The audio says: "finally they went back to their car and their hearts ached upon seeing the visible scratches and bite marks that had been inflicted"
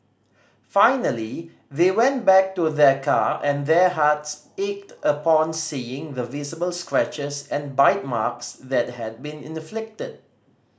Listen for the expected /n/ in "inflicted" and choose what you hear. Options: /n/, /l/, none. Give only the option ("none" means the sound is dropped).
/n/